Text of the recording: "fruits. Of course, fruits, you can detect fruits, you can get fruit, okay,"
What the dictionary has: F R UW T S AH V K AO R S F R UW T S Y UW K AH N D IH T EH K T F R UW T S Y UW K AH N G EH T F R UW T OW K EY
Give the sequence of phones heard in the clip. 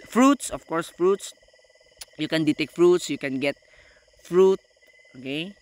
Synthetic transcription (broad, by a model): F R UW T S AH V K AO R S F R UW T S Y UW K AH N D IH T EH K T F R UW T S Y UW K AH N G EH T F R UW T OW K EY